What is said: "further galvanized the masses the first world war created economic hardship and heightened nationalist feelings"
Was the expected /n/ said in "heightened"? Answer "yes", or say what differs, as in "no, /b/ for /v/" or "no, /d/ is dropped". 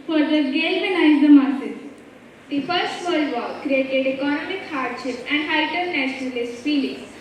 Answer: no, /n/ is dropped